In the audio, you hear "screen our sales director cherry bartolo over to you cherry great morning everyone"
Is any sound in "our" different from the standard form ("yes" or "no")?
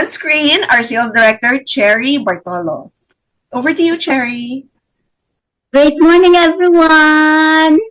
no